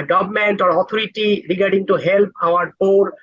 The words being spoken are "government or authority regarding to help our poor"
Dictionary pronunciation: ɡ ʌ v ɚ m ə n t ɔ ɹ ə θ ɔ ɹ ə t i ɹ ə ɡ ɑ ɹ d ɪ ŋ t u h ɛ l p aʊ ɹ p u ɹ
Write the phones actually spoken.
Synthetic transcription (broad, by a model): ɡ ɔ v m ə n t ɔ ɹ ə t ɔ ɹ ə t i ɹ ə ɡ ɑ ɹ d ɪ ŋ t u h ɛ l p aʊ ɹ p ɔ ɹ